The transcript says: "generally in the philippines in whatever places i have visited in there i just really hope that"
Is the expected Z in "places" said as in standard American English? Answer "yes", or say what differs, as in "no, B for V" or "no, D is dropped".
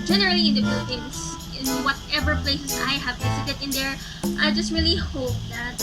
no, S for Z